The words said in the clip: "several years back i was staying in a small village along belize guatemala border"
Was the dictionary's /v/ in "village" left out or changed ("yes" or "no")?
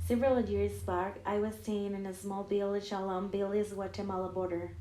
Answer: yes